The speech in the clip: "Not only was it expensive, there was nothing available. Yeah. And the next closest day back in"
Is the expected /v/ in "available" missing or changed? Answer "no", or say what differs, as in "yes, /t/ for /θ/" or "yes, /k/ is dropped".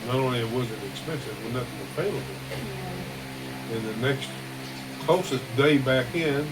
yes, /p/ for /v/